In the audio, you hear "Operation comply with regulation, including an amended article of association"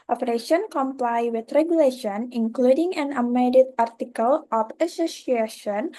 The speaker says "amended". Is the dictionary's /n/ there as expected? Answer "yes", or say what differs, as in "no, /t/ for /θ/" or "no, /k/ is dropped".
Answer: no, /n/ is dropped